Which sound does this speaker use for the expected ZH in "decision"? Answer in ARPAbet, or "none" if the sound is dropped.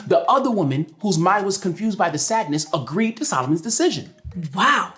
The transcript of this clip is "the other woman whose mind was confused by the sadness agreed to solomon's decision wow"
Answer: ZH